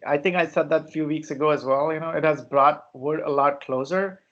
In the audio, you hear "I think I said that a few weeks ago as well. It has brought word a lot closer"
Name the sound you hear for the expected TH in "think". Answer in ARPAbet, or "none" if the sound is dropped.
T